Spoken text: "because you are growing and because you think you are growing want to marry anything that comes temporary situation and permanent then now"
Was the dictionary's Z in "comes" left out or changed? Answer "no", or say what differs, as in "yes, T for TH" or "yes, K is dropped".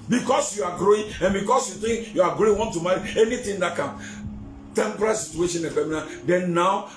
yes, Z is dropped